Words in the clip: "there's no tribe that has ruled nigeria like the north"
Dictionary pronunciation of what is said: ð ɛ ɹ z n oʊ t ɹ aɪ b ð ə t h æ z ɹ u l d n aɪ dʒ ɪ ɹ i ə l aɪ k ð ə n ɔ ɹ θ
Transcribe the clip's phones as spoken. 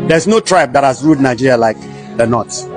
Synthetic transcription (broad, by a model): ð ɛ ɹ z n oʊ t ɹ aɪ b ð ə t h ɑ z ɹ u d n aɪ dʒ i ɹ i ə l aɪ k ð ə n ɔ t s